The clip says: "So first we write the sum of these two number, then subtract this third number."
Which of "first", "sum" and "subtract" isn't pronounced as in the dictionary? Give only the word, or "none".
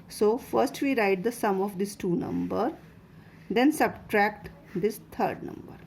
none